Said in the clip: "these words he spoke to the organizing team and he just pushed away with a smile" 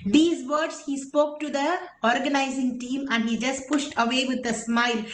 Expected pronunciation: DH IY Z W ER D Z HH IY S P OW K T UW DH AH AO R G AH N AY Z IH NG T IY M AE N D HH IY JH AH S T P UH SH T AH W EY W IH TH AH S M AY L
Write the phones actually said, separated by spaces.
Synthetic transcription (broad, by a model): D IY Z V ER D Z HH IY S P OW K T UW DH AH AO R G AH N AY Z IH NG T IY M AE N D HH IY JH AH S T P UH SH T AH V EY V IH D AH S M AY L